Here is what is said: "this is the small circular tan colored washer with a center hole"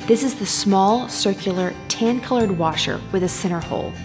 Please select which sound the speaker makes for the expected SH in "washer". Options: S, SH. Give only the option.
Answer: SH